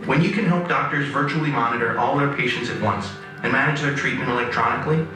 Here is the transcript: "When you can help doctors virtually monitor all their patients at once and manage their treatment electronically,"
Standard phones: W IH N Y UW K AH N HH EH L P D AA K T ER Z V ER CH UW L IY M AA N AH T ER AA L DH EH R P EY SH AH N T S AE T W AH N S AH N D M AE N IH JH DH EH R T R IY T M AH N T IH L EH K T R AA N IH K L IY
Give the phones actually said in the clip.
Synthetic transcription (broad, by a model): W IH N Y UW K AH N HH EH L P D AA K T ER Z V ER CH UW L IY M AA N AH T ER AA L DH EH R P EY SH AH N T S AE T W AH N S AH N M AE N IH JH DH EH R T R IY T M AH N T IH L EH K T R AA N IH K L IY